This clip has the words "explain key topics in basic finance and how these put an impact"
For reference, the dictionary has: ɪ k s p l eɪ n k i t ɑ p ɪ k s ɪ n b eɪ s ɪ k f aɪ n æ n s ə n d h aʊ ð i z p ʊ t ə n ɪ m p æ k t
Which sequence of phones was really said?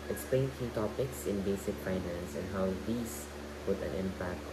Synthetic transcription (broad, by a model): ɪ k s p l eɪ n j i t ɑ p ɪ k s ɪ n b eɪ s ɪ k f aɪ n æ n s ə n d h aʊ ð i s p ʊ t ə n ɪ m p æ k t